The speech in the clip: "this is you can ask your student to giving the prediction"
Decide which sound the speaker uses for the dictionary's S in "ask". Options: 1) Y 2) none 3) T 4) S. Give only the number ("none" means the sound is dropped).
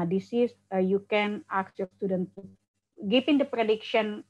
2